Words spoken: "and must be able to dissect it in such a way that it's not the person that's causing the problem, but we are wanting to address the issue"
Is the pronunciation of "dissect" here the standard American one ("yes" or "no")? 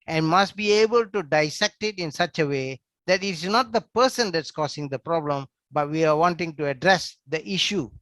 yes